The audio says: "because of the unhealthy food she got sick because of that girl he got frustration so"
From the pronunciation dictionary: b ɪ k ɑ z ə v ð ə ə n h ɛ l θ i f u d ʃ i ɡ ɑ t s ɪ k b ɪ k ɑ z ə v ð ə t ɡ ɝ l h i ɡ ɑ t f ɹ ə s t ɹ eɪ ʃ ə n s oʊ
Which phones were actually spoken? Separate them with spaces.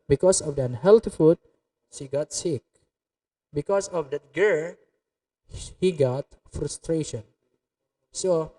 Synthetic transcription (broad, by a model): b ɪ k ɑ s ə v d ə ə n h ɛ l t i f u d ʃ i ɡ ɑ t s ɪ k b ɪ k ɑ s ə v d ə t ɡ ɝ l h i ɡ ɑ t f ɹ ə s t ɹ eɪ ʃ ə n s oʊ